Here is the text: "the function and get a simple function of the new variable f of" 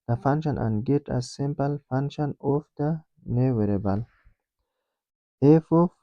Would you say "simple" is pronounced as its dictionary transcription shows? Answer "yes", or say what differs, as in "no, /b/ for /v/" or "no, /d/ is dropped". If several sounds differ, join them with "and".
yes